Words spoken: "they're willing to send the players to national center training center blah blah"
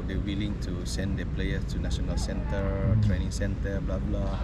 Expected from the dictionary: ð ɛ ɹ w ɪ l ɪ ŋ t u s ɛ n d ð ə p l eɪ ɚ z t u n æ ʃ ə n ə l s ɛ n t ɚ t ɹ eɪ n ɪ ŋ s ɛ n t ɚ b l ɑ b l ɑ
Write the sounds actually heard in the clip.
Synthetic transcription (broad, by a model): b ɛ w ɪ l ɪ ŋ t u s ɛ n d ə p l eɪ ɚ t u n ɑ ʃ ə n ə l s ɛ n t ɚ t ɹ eɪ n ɪ ŋ s ɛ n t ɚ b l ɑ b l ɑ